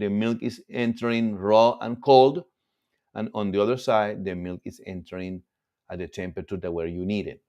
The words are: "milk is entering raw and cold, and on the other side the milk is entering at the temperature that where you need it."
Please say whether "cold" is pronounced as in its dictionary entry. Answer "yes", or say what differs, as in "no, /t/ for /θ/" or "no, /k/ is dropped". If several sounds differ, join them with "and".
yes